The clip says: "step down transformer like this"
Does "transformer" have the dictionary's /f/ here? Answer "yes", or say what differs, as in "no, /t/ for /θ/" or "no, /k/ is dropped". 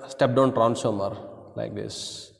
no, /f/ is dropped